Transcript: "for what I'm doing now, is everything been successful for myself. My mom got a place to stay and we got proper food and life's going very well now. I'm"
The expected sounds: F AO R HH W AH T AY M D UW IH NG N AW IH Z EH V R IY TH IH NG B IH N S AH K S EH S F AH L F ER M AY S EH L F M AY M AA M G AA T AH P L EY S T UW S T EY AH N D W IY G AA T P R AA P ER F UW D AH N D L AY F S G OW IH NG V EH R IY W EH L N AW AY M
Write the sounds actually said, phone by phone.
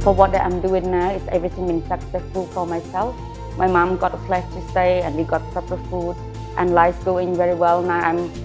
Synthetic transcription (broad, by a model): F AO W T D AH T AY M D UW IH NG N AW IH S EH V R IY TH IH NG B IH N S AH K S EH S F AH L F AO M AY S EH L F M AY M AA M G AA T AH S L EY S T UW S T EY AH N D W IY G AA T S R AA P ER F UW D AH N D L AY S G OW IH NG V EH R IY W EH L N AW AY M